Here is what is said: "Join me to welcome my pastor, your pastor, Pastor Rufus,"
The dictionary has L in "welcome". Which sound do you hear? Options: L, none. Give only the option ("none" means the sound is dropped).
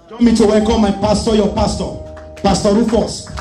none